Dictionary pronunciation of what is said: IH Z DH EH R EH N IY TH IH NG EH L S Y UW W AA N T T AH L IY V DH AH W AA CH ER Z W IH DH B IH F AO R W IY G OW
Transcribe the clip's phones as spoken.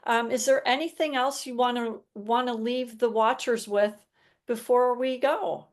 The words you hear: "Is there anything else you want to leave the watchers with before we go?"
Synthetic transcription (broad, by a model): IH Z DH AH R EH N IY TH IH NG EH L S Y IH W AA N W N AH L IY V DH AH W AA CH ER Z W IH DH B IH F AO R W IY G OW